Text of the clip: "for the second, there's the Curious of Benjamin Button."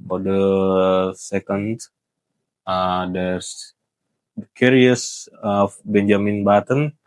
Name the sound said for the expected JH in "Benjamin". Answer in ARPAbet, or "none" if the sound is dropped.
JH